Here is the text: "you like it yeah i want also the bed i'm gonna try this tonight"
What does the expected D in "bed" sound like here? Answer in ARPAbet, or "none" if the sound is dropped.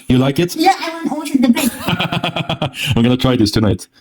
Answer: none